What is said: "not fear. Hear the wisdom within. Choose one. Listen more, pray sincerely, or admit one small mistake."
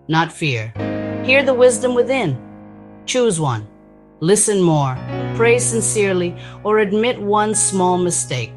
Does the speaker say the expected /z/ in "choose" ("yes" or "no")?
yes